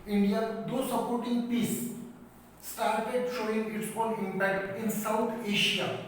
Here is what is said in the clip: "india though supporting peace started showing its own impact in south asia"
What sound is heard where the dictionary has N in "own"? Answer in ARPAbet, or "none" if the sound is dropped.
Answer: L